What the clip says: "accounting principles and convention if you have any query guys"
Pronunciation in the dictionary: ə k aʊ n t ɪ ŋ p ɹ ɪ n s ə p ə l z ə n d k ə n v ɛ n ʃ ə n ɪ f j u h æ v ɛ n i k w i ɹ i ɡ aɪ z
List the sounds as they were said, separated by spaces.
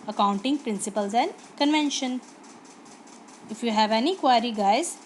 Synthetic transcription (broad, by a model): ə k aʊ n t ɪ ŋ p ɹ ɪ n s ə p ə l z ə n d k ə n v ɛ n ʃ ə n ɪ f j u h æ v ɛ n i k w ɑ ɹ i ɡ aɪ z